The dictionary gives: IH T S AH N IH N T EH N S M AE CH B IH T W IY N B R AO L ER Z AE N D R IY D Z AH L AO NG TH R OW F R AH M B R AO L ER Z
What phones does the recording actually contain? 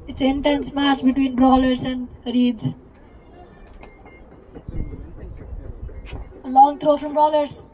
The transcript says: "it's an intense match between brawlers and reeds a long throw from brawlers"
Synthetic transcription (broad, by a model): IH T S IH N T EH N S M AE CH B IH T W IY N B R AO L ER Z AE N D R IY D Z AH L AO NG T R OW F R AH M B R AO L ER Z